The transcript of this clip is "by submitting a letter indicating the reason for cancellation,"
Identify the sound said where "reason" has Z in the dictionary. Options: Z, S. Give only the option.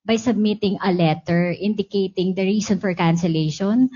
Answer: S